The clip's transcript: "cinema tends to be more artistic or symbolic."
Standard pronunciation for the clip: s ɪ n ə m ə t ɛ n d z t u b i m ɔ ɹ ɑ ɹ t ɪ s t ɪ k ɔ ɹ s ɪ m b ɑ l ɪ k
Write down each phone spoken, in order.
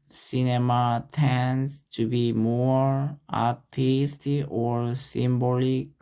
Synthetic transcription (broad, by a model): s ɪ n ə m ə t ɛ n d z t u b i m ɔ ɹ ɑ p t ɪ s t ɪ ɔ ɹ s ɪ m b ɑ l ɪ k